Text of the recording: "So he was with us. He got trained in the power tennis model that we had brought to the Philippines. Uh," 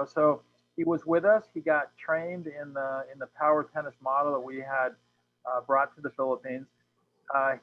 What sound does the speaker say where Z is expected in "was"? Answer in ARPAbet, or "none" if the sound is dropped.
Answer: Z